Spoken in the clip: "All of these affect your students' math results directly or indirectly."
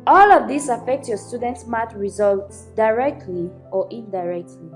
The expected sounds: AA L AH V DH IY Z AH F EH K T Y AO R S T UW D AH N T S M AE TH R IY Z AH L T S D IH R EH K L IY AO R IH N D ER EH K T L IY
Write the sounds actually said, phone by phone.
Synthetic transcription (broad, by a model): AA L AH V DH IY S AH F EH K T Y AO S T UW D AH N T S M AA T R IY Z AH L T S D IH R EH K L IY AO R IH N D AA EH K T L IY